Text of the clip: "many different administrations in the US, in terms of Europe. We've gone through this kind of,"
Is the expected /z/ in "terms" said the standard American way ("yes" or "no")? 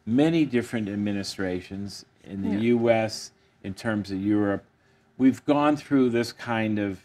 yes